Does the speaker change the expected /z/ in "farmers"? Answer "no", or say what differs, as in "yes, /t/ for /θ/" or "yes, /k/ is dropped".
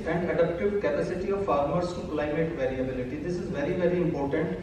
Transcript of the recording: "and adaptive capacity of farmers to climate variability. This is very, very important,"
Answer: yes, /s/ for /z/